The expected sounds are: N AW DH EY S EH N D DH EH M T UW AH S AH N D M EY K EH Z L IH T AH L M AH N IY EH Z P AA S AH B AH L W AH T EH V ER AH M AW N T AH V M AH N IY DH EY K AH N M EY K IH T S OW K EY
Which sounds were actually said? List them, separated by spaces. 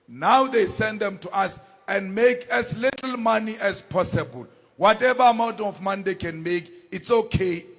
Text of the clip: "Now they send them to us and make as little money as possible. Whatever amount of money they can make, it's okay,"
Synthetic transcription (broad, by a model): N AW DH EY S EH N D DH EH M T UW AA S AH N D M EY K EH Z L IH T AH L M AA N IY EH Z P AA S AH B AH L W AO T EH V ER AH M AW N T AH F M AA N IY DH EY K AH N M EY K IH T S OW K EY